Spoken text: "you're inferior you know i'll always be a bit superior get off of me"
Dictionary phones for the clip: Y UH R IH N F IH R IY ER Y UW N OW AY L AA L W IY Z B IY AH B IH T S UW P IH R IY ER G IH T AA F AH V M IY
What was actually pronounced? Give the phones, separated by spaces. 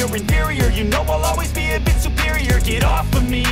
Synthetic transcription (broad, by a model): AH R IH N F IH R IY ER Y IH N OW AY L AA L W IY Z B IY AH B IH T S UW P IH R IY ER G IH T AA F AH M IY